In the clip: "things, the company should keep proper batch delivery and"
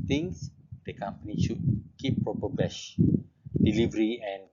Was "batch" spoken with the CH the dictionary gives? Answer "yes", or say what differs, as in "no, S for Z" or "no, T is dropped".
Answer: no, SH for CH